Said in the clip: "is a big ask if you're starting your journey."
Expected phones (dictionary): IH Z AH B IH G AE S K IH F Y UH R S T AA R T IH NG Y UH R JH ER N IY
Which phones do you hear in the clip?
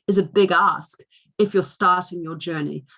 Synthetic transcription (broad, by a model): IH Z AH B IH G AE S K IH F Y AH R S T AA R T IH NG Y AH R JH ER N IY